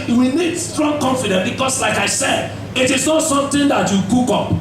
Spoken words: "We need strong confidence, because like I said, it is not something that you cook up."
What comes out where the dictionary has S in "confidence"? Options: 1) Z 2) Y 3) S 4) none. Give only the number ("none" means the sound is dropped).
4